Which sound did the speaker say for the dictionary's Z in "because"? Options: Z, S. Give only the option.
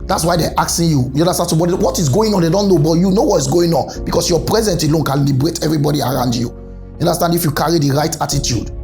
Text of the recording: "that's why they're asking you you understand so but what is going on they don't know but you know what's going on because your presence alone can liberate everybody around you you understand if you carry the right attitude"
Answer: S